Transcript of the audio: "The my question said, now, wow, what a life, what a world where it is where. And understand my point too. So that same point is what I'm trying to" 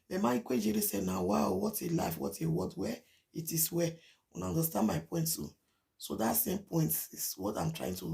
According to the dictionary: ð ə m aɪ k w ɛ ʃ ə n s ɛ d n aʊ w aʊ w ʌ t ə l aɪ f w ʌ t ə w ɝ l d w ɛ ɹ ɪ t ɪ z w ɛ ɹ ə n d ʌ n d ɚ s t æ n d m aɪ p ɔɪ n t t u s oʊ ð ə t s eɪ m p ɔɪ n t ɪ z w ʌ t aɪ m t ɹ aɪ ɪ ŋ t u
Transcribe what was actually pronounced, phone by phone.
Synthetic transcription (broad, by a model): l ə m aɪ k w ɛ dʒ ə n s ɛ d n aʊ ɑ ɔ w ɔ t ə l aɪ f w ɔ t ə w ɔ d w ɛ ɪ t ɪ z w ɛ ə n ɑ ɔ n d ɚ s t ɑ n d m aɪ p ɔɪ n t t u s oʊ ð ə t s eɪ m p ɔɪ n t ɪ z w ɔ t aɪ m t ɹ aɪ ɪ ŋ t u